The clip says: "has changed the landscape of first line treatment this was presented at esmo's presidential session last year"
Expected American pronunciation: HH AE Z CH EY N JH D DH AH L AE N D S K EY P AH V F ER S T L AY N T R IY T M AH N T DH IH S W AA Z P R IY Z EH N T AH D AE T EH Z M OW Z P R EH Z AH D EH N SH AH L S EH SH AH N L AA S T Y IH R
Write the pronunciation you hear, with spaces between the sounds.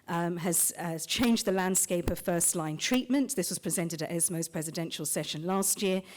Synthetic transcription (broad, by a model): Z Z CH EY N JH DH AH L AE N D S K EY P AH V F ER S T L AY N T R IY T M AH N T DH IH S W AA Z P R IY Z EH N T AH D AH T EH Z M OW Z P R EH Z AH D EH N SH AH L S EH SH AH N L AA S T Y IH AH